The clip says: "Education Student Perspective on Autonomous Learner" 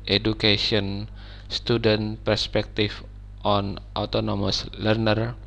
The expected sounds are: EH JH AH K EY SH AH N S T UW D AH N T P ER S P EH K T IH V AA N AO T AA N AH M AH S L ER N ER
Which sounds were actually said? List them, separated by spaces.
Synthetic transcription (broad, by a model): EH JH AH K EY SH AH N S T UW D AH N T P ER S P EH K T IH F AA N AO T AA N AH M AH S L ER N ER